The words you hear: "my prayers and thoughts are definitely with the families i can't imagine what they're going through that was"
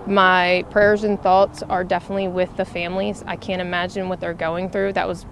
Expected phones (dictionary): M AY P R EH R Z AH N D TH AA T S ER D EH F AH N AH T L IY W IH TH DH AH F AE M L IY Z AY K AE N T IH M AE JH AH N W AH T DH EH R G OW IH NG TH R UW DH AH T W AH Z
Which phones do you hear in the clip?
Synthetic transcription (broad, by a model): M AY P R EH R Z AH N TH AA T S ER D EH F AH N AH T L IY W IH DH AH F AE M L IY Z AY K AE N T IH M AE JH AH N W AH T DH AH R G OW IH NG TH R UW DH AH T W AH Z